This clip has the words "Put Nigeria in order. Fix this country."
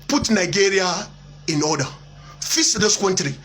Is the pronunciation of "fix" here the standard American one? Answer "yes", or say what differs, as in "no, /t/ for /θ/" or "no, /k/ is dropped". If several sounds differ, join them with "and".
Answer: no, /k/ is dropped